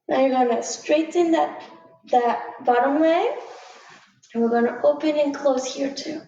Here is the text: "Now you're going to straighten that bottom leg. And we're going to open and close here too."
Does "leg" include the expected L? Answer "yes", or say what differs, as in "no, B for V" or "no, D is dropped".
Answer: no, W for L